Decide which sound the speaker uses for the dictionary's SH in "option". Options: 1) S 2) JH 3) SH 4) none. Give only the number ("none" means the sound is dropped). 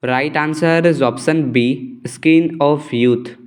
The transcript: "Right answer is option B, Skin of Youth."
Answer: 1